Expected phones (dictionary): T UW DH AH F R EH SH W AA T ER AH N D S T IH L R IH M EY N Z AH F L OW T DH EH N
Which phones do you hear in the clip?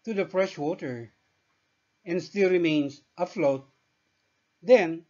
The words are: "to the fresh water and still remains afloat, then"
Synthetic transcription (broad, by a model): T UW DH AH F R EH SH W AA T ER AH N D S T IH L R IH M EY N S AH F L OW T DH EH N